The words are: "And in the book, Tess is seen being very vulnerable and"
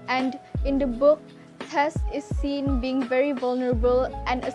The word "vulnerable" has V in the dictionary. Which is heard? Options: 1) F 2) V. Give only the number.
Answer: 2